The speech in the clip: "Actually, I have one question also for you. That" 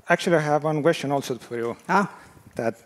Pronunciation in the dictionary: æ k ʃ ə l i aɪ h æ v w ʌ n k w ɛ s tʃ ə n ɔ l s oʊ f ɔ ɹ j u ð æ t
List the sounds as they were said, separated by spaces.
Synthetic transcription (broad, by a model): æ k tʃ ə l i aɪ h æ v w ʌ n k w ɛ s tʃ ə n ɔ l s oʊ f ɔ ɹ j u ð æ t